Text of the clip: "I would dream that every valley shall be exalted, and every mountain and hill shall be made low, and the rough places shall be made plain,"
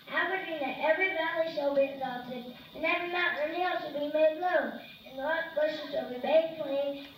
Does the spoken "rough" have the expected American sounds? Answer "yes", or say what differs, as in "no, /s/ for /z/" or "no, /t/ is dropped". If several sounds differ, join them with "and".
no, /l/ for /ɹ/